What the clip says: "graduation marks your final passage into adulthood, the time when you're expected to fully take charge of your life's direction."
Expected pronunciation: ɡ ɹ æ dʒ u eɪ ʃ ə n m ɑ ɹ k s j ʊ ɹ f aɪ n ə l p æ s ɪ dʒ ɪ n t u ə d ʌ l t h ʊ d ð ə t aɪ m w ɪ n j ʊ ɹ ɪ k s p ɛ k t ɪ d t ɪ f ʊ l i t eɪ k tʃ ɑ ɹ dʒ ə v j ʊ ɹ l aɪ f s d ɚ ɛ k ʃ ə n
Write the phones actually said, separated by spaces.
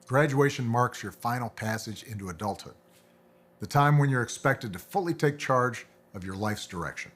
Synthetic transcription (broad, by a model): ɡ ɹ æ dʒ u eɪ ʃ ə n m ɑ ɹ k s j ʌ ɹ f aɪ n l p æ s ɪ dʒ ɪ n t u ə d ʌ l t h ʊ d ð ə t aɪ m w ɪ n j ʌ ɹ ɪ k s p ɛ k t ɪ d t ɪ f ʊ l i t eɪ k tʃ ɑ ɹ dʒ ə v j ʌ ɹ l aɪ f s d ɚ ɛ k ʃ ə n